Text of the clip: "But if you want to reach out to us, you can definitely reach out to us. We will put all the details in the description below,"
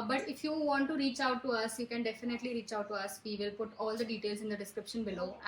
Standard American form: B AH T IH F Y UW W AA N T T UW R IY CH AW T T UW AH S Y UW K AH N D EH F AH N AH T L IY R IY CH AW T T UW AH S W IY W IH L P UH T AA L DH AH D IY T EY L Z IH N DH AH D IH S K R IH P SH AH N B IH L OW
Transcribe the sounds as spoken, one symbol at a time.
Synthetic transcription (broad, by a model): B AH T IH F Y UW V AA N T T UW R IY CH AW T T UW AH S Y UW K AH N D EH F AH N AH T L IY R IY CH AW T T UW AH S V IY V IH L P UH T AA L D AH D IY T EY L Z IH N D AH D IH S K R IH P SH AH N B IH L OW